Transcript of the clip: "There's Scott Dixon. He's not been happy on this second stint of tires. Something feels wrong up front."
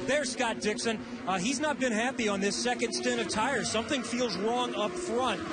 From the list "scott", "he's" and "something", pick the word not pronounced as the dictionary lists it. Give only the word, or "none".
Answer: none